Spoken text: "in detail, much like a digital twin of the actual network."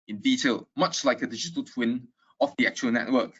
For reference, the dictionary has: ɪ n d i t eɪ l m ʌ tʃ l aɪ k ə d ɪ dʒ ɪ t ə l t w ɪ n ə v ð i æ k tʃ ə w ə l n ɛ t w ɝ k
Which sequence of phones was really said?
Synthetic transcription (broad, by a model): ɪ n d i t eɪ l m ʌ tʃ l aɪ k ə d ɪ dʒ ɪ t ə l t w ɪ n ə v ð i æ k tʃ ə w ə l n ɛ t w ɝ k